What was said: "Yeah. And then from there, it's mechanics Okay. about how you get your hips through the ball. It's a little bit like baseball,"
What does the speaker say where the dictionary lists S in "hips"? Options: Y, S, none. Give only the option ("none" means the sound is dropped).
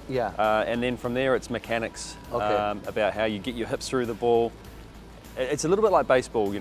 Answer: none